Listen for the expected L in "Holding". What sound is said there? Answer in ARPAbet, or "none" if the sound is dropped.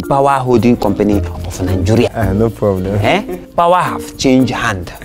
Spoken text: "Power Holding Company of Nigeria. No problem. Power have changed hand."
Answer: none